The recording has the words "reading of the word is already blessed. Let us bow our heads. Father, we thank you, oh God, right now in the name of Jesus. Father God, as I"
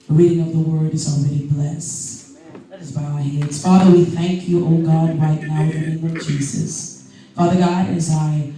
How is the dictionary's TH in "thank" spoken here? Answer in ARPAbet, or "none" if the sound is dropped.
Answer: TH